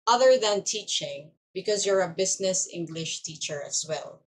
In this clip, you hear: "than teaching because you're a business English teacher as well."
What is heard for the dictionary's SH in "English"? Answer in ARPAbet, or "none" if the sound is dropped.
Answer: SH